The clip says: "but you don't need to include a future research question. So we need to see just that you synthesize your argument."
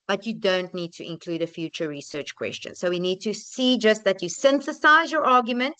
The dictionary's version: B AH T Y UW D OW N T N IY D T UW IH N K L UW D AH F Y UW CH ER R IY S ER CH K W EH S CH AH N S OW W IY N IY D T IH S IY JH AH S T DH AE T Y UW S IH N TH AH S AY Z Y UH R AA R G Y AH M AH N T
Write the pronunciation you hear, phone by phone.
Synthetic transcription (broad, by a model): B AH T Y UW D OW N T N IY D T UW IH N K L UW D AH F Y UW CH ER R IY S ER CH K W EH S CH AH N S OW W IY N IY D T IH S IY JH AH S T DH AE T Y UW S IH N TH AH S AY Z Y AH R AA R G Y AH M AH N T